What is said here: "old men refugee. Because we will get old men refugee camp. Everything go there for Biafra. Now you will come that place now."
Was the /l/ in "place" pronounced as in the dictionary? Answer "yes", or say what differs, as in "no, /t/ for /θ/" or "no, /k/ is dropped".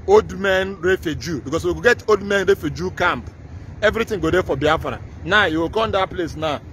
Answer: yes